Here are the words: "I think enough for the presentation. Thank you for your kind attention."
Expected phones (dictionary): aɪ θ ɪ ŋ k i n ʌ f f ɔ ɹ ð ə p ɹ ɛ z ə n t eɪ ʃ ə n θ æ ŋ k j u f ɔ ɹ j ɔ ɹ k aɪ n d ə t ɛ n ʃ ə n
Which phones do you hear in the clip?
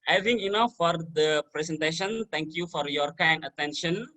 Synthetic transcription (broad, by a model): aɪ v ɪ ŋ i n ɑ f f ɔ ɹ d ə p ɹ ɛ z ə n t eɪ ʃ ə n t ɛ ŋ k j u f ɔ ɹ j ɔ ɹ k aɪ n d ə t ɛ n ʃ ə n